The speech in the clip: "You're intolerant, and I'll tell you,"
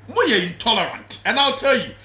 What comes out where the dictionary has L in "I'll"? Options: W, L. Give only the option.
L